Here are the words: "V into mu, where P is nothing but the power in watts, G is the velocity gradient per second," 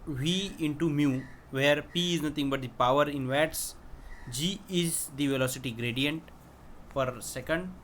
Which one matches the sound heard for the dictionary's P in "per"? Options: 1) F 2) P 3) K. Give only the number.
1